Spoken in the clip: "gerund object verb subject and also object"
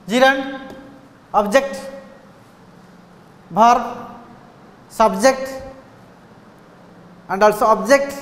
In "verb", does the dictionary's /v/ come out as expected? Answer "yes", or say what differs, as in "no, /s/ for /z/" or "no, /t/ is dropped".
no, /b/ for /v/